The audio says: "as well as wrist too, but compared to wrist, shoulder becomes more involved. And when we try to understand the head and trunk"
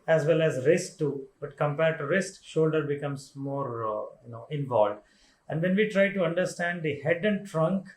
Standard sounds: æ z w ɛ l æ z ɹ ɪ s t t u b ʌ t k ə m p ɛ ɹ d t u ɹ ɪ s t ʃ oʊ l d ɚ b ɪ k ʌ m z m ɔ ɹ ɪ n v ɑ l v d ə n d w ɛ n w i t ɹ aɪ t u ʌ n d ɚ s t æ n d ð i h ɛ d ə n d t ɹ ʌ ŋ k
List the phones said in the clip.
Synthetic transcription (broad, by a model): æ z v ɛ l æ z ɹ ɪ s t t u b ʌ t k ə m p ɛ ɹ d t u ɹ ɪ s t ʃ oʊ l d ɚ b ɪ k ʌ m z m ɔ ɹ ɪ n v ɑ l v d ə n d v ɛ n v i t ɹ aɪ t u ʌ n d ɚ s t æ n d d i h ɛ d ə n d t ɹ ʌ ŋ k